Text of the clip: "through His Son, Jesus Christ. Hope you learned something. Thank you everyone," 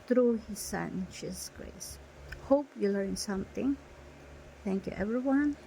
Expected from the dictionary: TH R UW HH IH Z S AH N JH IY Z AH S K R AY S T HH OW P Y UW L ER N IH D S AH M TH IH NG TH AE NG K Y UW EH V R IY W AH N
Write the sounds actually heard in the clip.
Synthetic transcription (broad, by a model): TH R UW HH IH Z S AH N SH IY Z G R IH S HH OW P Y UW L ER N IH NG S AH M TH IH NG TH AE NG K Y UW EH V R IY W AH N